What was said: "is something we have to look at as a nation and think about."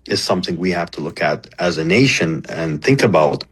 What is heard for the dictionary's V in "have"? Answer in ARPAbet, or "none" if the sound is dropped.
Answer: F